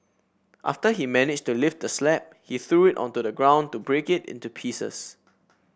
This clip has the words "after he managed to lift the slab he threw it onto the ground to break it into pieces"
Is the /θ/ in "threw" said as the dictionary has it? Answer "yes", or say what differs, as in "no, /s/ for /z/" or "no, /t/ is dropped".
yes